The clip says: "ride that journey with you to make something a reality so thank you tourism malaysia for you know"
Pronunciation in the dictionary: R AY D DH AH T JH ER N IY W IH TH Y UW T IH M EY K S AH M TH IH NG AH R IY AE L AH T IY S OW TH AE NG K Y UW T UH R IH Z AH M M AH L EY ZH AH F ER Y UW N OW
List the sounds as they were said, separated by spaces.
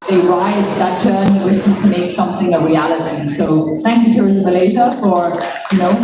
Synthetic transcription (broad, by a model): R AY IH DH AH T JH ER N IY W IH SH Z T IH M EY K S AH M TH IH NG AH R IY AE L AH T IY S OW TH AE NG K Y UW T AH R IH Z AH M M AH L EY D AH F ER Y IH N OW